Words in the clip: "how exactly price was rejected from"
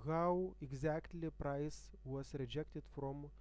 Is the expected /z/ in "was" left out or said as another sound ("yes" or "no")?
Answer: yes